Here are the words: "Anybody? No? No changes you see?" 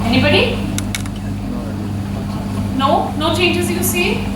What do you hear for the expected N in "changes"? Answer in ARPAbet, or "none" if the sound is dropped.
none